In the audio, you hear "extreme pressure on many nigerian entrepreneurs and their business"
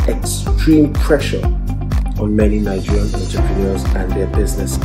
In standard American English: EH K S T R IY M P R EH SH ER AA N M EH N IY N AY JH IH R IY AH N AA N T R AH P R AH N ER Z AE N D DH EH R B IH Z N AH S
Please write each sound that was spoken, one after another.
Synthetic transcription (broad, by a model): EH K S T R IY M P R EH SH ER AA N M EH N IY N AY JH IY R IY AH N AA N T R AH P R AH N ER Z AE N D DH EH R B IH Z N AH S